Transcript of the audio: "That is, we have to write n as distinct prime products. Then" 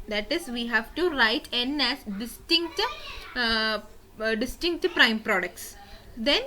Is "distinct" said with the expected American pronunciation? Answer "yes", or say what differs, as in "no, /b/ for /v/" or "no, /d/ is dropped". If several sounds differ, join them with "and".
yes